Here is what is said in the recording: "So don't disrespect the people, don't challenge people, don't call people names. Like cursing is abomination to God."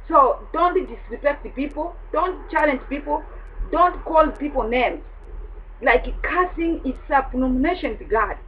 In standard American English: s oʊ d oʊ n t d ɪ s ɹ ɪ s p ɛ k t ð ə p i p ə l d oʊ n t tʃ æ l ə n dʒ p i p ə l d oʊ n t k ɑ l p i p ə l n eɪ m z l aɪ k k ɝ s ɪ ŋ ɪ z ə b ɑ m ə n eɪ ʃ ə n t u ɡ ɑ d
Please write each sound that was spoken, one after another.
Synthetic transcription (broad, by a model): s oʊ d oʊ n t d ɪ s ɹ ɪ p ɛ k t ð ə p i p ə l d oʊ n t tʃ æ l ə n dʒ p i p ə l d oʊ n t k ɑ l p i p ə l n eɪ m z l aɪ k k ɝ s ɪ ŋ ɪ s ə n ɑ m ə n eɪ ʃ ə n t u ɡ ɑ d